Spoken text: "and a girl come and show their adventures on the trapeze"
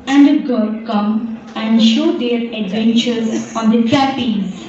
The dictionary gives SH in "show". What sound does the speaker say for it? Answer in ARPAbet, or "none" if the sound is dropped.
SH